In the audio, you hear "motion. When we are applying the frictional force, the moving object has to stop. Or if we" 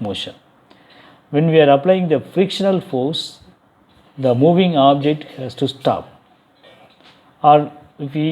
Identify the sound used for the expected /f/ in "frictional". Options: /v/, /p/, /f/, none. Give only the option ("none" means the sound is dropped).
/f/